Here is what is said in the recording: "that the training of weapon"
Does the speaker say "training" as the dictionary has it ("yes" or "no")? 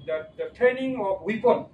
no